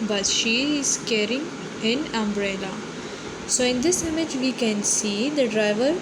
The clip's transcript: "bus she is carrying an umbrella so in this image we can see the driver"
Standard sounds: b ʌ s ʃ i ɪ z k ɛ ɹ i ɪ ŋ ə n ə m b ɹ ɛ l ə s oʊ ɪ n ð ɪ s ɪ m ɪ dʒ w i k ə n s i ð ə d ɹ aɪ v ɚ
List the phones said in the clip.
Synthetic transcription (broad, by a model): b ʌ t ʃ i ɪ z k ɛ ɹ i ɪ ŋ ə n ə m b ɹ ɛ l ə s oʊ ɪ n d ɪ s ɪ m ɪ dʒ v i k ə n s i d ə d ɹ aɪ v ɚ